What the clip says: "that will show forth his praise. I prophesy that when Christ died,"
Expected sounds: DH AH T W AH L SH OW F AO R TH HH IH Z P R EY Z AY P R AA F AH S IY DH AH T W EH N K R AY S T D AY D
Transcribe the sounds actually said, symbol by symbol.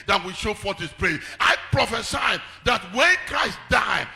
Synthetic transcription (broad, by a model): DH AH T W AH SH OW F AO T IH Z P R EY AY P R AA F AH S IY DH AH T W EH N K R AY S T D AY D